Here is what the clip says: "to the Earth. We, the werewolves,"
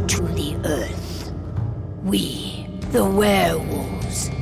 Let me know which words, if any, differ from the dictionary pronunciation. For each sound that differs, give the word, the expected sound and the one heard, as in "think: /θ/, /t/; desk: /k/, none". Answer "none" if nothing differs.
none